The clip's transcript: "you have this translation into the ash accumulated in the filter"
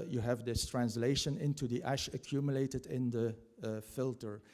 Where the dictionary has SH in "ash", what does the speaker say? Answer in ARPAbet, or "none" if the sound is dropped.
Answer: SH